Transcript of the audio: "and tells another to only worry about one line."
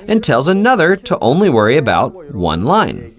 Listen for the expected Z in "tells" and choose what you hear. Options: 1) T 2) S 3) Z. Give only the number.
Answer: 3